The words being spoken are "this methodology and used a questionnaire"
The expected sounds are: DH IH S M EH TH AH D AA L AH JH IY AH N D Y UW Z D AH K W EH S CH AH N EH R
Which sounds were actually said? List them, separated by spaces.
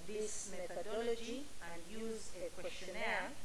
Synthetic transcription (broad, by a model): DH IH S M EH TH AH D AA L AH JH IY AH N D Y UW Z AH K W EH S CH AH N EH